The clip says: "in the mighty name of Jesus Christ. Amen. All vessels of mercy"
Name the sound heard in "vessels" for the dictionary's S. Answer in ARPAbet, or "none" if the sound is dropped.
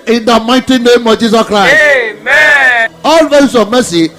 none